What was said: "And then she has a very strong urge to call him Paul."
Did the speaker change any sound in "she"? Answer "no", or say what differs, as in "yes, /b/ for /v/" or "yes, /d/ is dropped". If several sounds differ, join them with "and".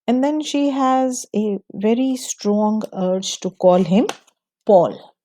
no